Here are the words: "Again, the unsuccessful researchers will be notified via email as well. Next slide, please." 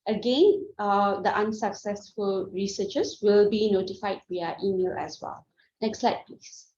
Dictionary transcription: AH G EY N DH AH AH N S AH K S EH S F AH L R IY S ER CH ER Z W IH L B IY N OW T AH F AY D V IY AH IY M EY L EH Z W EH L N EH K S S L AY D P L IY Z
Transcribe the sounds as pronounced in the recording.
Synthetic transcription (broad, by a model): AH G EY N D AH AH N S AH K S EH S F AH L R IY S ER CH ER S W IH L B IY N OW T AH F AY D W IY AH IY M EY L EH S W EH L N EH K S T L AY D P L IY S